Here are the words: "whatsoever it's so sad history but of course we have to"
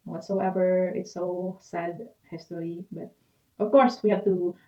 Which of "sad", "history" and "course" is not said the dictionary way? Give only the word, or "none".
history